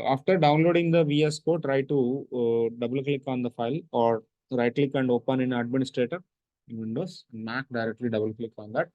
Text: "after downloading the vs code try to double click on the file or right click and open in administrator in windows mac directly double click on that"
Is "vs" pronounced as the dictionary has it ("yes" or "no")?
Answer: yes